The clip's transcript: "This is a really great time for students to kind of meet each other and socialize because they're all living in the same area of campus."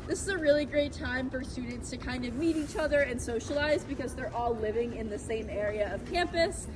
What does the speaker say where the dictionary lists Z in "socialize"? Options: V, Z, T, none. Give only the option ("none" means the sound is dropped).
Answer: Z